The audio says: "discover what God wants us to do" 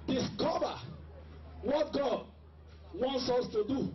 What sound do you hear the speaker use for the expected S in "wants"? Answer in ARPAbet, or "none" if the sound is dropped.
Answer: S